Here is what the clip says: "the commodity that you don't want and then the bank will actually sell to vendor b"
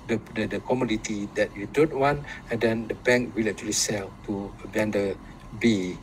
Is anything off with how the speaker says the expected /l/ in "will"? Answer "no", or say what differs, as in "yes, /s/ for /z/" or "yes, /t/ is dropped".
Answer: no